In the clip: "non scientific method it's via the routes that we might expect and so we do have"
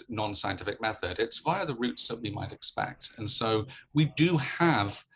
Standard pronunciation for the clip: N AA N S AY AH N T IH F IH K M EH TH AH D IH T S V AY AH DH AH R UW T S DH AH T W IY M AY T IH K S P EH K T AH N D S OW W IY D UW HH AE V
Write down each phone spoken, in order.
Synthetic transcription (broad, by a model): N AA N S AY AH N T IH F IH K M EH TH AH D IH T S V AY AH DH AH R UW T S DH AH T W IY M AY T IH K S P EH K T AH N S OW W IY D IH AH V